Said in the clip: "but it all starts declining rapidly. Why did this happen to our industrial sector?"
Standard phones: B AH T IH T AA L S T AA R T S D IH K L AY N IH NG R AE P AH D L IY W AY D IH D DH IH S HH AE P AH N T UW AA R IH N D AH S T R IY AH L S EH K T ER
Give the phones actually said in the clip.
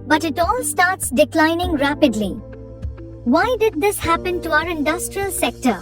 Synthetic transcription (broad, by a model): B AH T IH T AA L S T AA R T S D IH K L AY N IH NG R AE P AH D L IY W AY D IH D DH IH S HH AE P AH N T UW AA R IH N D AH S T R IY AH L S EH K T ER